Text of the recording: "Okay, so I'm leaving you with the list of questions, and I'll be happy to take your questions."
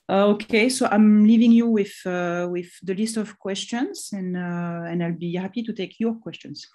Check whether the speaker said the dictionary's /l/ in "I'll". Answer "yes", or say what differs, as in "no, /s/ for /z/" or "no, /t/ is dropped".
yes